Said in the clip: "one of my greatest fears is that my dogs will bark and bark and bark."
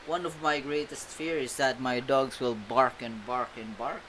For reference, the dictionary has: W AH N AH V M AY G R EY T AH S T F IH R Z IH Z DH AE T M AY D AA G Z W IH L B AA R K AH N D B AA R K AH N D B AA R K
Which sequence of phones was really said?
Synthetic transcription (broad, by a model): W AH N AH V M AY G R EY T AH S T F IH R IH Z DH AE T M AY D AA G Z W IH L B AA R K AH N B AA R K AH N B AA R K